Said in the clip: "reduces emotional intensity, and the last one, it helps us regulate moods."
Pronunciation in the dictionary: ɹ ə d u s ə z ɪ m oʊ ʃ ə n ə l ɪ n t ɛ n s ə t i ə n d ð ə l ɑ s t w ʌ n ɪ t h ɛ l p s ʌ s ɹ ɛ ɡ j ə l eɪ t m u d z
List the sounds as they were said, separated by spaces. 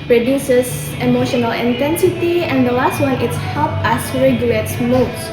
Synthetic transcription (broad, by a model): ɹ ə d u s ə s ɪ m oʊ ʃ ə n ə l ɪ n t ɛ n s ə t i ə n d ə l ɑ s t w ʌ n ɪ t h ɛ l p ʌ s ɹ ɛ ɡ j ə l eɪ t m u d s